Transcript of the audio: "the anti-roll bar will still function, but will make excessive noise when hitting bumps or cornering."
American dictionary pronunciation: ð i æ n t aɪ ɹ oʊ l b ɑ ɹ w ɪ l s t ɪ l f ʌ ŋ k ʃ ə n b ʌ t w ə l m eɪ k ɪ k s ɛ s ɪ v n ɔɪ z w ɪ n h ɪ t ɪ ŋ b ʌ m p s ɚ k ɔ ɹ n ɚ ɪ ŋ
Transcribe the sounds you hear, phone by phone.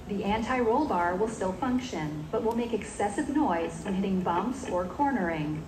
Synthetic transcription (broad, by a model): ð i æ n t aɪ ɹ oʊ l b ɑ ɹ w ɪ l s t ɪ l f ʌ ŋ k ʃ ə n b ʌ t w ə l m eɪ k ɪ k s ɛ s ɪ v n ɔɪ z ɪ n h ɪ t ɪ ŋ b ʌ m p s ɚ k ɔ ɹ n ɚ ɪ ŋ